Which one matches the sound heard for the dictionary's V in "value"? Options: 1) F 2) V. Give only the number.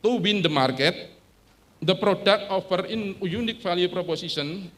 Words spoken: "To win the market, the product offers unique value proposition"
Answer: 1